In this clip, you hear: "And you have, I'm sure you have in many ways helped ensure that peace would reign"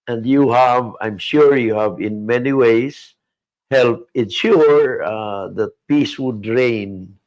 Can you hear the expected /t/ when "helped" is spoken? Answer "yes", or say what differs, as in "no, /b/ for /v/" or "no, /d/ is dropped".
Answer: no, /t/ is dropped